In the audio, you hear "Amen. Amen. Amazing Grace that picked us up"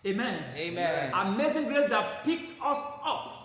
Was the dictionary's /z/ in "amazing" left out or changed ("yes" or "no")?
yes